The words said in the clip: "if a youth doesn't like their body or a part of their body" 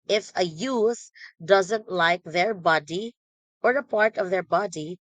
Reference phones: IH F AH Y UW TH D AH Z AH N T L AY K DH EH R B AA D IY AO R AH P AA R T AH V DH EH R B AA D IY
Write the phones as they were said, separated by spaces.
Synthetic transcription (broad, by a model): IH F AH Y UW S D AH Z AH N T L AY K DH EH R B AA D IY AO R AH P AA R T AH V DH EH R B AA D IY